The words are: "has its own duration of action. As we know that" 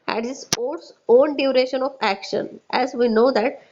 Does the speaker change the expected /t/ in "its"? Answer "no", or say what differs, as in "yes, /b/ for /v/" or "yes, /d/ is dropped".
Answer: yes, /s/ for /t/